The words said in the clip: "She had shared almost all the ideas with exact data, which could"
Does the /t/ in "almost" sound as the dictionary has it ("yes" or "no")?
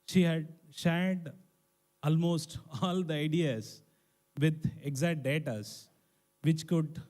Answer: yes